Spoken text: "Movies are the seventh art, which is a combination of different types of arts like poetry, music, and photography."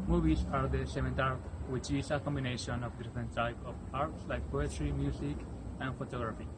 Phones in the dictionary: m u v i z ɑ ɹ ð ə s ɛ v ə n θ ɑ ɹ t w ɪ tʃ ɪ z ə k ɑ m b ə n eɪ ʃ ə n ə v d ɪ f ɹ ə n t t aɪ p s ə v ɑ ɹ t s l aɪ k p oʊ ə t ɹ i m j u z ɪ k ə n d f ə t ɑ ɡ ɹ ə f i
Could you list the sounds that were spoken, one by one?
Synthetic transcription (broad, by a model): m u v i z ɑ ɹ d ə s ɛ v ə n t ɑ ɹ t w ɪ tʃ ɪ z ə k ɑ m b ə n eɪ ʃ ə n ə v d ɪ f ɹ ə n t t aɪ p ə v ɑ ɹ t s l aɪ k p oʊ ə t ɹ i m j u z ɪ k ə n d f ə t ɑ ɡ ɹ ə f i